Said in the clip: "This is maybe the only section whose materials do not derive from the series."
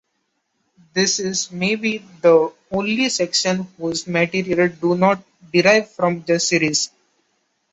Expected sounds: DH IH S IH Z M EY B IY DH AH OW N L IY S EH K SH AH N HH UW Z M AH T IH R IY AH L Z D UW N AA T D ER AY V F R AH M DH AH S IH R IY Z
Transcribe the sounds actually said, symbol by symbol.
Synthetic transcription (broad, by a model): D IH S IH Z M EY B IY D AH OW N L IY S EH K SH AH N HH UW Z M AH T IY R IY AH L D UW N AA T D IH AY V F R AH M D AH S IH R IY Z